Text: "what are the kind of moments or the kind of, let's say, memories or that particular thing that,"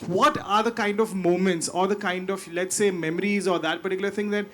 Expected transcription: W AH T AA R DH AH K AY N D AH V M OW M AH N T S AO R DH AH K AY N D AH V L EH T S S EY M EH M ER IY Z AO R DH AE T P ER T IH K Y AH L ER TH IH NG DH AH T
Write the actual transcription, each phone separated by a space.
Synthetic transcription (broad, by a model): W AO T AA R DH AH K AY N D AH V M OW M AH N T S AO R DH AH K AY N D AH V L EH T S S EY M EH M ER IY Z AO R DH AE T P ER T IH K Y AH L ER T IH NG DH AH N